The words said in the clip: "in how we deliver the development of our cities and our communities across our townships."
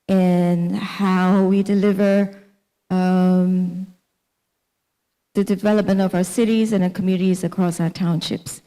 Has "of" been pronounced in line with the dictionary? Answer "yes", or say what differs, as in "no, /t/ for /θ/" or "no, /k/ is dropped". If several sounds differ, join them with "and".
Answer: yes